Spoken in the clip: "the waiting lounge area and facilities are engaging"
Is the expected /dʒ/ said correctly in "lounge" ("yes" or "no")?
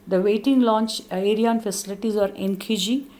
no